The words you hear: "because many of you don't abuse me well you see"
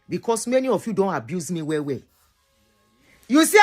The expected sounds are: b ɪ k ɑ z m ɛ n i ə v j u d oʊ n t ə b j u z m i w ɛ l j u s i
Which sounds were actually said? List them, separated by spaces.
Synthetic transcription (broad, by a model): b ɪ k ɑ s m ɛ n i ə f j u d oʊ n t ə b j u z m i w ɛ w j u s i